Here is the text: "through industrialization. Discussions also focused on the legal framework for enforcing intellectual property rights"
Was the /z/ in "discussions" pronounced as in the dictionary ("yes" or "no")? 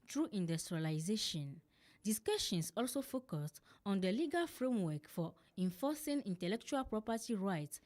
no